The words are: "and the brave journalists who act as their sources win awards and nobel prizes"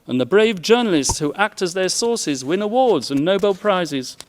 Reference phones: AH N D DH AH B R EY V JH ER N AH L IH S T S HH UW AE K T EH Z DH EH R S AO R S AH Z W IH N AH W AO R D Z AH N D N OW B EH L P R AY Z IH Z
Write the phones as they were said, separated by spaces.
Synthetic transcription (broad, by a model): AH N DH AH B R EY V JH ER N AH L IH S T S HH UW AE K T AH Z DH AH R S AO R S AH Z W IH N AH W AO R D Z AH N N OW B EH L P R AY Z IH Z